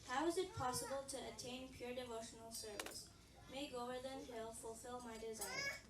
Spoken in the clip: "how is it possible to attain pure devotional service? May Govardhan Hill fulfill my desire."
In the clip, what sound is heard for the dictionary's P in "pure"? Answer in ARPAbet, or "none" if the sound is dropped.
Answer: P